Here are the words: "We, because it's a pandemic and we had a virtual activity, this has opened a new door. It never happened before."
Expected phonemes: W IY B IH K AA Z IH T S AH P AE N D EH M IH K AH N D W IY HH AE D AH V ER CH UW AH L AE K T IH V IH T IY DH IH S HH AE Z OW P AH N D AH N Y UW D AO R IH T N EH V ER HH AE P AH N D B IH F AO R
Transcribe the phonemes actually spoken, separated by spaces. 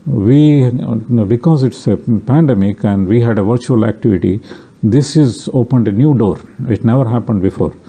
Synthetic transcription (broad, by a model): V IY B IH K AA Z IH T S AH P AE N D EH M IH K AH N D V IY HH AE D AH V ER CH UW AH L AE K T IH V IH T IY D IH S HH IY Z OW P AH N D AH N Y UW D AO R IH T N EH V ER HH AE P AH N D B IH F AO R